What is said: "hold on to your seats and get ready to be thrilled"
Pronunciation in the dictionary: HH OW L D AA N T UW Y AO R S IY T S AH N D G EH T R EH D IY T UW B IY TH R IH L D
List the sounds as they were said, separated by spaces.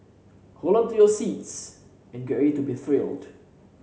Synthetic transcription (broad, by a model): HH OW L AA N T UW Y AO S IY T S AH N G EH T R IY T UW B IY TH R IH L D